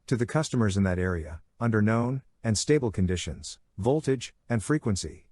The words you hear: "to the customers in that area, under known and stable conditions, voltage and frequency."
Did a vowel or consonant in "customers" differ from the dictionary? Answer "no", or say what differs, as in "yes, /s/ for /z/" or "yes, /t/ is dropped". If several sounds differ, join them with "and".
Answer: no